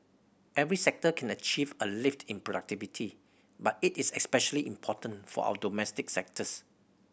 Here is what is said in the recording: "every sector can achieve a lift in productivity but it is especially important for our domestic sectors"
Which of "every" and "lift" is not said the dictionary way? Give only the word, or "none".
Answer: none